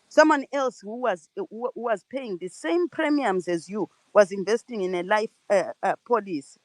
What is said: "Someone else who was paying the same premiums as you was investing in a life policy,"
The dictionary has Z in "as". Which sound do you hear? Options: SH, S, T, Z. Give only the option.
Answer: Z